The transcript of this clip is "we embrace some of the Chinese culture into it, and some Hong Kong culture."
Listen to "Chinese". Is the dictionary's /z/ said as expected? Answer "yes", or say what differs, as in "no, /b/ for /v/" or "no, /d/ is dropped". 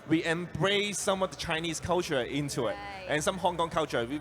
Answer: no, /s/ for /z/